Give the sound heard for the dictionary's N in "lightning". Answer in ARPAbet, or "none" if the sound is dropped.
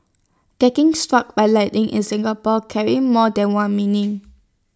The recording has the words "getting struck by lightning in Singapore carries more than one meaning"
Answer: none